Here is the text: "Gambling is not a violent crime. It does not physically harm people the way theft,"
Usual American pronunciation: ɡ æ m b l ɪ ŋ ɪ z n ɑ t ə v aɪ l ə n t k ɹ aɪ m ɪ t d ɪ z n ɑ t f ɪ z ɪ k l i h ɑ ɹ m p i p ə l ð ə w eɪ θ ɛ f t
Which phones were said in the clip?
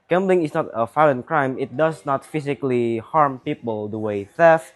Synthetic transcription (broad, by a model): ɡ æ m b l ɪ ŋ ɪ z n ɑ t ə f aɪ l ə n k ɹ aɪ m ɪ t d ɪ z n ɑ t f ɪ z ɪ k l i h ɑ ɹ m p i p ə l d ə w eɪ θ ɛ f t